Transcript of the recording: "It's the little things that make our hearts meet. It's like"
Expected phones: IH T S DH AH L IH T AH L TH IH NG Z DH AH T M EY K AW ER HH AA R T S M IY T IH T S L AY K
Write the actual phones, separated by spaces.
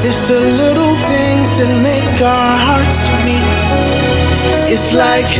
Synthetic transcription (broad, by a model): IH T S DH AH L IH T L TH IH NG Z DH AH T M EY K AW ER HH AA R T S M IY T IH T S L AY K